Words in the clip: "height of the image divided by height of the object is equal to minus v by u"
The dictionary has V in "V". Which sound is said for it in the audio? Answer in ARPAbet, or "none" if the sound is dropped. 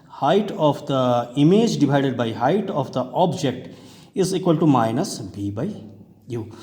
B